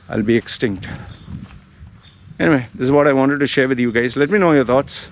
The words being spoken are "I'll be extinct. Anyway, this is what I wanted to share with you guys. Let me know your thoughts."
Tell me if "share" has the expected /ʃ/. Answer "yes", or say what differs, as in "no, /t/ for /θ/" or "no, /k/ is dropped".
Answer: yes